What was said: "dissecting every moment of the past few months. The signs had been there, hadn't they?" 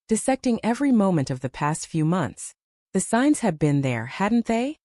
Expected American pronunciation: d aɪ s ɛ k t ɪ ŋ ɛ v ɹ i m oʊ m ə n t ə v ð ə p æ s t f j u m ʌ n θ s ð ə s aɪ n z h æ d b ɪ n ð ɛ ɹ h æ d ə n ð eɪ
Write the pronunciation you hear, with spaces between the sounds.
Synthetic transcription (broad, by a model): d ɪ s ɛ k t ɪ ŋ ɛ v ɹ i m oʊ m ə n t ə v ð ə p æ s t f j u m ʌ n θ s ð ə s aɪ n z h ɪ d b ɪ n ð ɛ ɹ h æ d n ð eɪ